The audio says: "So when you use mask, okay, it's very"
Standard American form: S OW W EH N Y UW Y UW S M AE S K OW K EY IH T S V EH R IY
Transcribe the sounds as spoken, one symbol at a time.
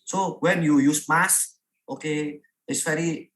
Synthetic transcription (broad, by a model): S OW W EH N Y UW Y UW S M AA S OW K EY IH T S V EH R IY